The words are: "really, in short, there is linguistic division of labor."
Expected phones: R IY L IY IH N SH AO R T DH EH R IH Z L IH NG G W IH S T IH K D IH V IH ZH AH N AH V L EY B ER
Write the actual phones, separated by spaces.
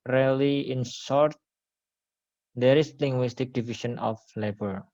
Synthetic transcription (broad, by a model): R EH L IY IH N S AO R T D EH R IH S L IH NG G W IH S T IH K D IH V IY SH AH N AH F L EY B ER